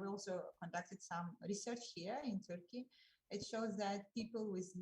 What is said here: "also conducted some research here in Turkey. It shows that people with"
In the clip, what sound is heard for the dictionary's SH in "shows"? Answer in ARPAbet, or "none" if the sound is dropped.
SH